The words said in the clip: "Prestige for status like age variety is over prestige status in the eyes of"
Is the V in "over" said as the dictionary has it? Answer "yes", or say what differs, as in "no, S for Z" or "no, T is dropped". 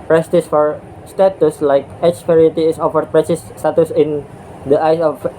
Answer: no, F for V